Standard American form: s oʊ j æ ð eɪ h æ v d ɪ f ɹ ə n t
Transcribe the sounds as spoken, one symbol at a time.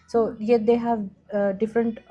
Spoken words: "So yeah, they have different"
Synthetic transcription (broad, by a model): s oʊ j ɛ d eɪ h æ v d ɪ f ɹ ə n t